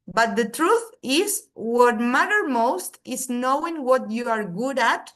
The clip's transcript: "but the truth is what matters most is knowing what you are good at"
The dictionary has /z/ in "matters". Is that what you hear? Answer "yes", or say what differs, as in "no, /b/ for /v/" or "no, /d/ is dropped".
no, /z/ is dropped